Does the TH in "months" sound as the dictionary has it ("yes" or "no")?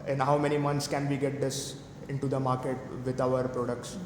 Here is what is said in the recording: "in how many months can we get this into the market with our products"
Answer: no